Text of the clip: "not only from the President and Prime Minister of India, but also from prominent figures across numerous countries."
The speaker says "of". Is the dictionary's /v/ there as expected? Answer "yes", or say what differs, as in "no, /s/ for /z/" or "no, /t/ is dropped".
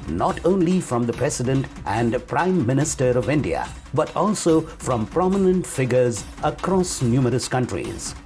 yes